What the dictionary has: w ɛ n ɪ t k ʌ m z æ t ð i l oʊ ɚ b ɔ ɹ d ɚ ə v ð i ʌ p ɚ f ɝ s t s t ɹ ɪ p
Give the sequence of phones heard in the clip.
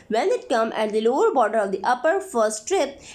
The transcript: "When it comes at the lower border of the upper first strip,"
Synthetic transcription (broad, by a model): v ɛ n ɪ t k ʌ m æ t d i l oʊ ɚ b ɔ ɹ d ɚ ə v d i ʌ p ɚ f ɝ s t t ɹ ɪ p